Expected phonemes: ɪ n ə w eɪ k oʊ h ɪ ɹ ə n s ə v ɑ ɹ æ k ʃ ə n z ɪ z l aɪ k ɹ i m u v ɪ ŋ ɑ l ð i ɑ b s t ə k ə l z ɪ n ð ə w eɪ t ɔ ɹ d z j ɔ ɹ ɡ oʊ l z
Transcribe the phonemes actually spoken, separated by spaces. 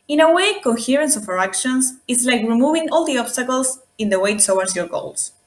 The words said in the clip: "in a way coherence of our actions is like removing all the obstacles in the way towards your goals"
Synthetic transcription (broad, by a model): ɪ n ə w eɪ k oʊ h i ɹ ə n s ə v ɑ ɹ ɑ k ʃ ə n s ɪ s l aɪ k ɹ i m u v ɪ ŋ ɑ l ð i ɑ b s t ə k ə l s ɪ n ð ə w eɪ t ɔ w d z j ɔ ɹ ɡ oʊ l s